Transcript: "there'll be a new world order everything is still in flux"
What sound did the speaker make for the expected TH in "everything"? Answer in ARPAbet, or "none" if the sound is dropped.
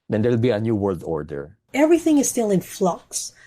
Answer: TH